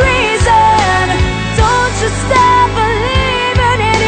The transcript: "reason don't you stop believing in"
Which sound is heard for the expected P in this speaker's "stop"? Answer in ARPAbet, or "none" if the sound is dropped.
F